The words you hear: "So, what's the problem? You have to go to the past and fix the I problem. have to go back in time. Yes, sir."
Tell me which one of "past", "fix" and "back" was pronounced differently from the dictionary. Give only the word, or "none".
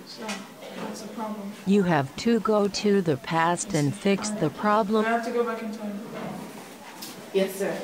none